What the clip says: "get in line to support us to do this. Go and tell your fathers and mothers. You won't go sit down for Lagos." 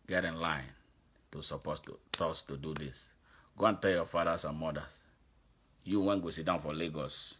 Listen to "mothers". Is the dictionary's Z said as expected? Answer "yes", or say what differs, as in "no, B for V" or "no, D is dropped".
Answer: no, S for Z